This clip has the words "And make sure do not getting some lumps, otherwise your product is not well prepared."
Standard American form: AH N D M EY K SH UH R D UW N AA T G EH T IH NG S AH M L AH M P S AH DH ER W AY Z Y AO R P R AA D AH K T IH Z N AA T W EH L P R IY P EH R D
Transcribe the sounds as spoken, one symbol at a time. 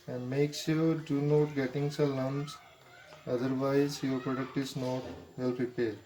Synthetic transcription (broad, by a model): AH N D M EY K S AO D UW N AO T G EH T IH NG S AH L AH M S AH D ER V AY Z Y AO R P R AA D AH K T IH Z N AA T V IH L P R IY P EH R D